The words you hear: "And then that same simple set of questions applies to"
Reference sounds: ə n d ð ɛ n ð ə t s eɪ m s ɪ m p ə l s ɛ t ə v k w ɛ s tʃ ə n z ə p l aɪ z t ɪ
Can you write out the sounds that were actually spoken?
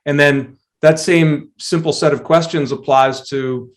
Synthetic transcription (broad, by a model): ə n ð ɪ n ð ə t s eɪ m s ɪ m p l s ɛ t ə v k w ɛ s tʃ ə n z ə p l aɪ z t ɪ